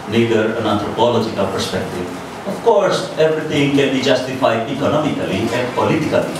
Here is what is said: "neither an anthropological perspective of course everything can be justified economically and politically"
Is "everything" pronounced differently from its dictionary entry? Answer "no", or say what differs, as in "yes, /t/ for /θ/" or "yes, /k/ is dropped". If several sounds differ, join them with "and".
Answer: yes, /t/ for /θ/